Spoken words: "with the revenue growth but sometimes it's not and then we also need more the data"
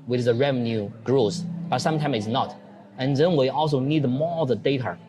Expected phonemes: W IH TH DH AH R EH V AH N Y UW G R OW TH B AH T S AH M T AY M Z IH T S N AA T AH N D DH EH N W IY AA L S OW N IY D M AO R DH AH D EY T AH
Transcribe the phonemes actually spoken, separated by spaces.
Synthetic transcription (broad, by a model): W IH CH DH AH R EH V AH N Y UW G R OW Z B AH T S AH M T AY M IH T S N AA T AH N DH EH N W IY AA L S OW N IY D M AO R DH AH D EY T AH